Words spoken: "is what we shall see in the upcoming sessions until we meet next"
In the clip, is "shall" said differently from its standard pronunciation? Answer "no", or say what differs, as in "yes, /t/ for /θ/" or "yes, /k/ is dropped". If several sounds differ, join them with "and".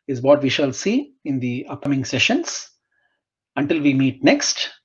no